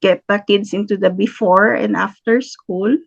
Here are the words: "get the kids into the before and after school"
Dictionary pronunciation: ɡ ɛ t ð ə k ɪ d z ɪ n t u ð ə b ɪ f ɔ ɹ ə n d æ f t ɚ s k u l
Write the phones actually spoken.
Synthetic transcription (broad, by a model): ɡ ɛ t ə k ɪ d s ɪ n t u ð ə b ɪ f ɔ ɹ ə n d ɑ f t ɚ s k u l